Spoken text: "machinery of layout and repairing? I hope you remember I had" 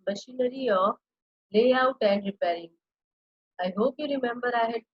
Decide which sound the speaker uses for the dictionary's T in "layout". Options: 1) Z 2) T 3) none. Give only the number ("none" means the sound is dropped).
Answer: 2